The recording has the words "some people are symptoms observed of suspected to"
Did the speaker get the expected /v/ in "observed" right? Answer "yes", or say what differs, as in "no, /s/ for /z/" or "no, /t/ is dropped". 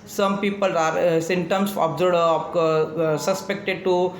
no, /v/ is dropped